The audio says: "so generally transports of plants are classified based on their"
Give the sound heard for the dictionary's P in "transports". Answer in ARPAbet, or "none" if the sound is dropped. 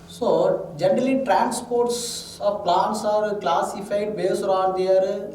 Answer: P